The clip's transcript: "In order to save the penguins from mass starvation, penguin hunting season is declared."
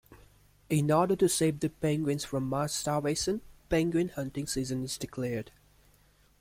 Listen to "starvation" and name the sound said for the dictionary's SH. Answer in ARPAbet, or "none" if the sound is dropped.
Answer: S